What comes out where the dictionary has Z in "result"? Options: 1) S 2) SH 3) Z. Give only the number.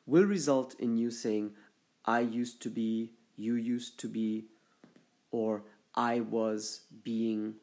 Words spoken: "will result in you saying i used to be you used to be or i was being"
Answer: 3